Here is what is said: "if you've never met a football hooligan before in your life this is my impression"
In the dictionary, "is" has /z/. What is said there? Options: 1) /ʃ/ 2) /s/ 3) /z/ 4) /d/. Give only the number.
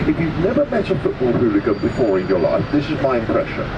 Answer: 3